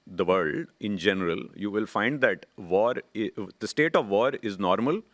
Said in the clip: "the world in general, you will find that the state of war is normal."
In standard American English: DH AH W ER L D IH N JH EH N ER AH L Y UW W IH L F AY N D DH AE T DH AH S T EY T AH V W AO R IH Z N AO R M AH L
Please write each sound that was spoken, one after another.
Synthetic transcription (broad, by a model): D AH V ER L D IH N JH EH N ER AH L Y UW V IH L F AY N D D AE T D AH S T EY T AH V AO R IH Z N AO R M AH L